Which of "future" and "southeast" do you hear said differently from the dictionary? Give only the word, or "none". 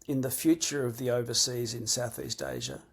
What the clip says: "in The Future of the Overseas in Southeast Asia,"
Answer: none